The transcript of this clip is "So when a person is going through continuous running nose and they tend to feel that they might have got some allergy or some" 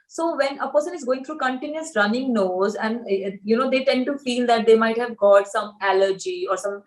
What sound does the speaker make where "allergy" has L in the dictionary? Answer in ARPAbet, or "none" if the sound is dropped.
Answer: L